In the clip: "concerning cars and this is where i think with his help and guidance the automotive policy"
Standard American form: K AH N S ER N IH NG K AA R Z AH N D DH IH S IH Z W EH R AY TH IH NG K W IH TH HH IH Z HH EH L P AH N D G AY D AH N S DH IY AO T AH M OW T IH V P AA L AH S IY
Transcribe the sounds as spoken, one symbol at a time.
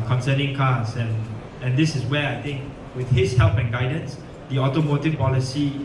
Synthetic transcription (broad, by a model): K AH N S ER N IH NG K AA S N AH N D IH S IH S W EH AY T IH NG K W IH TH HH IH S HH EH L P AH N G AY D AH N S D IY AO T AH M OW T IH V P AA L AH S IY